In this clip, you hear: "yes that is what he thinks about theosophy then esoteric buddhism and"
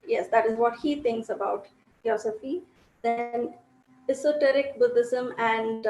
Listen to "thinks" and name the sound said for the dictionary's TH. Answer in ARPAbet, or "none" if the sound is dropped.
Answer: T